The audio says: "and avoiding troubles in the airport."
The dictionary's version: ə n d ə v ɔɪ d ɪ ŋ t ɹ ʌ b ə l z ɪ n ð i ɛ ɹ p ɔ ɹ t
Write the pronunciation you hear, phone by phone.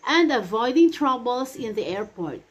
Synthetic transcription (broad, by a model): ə n d ə v ɔɪ d ɪ ŋ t ɹ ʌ b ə l s ɪ n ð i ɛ ɹ p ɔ ɹ t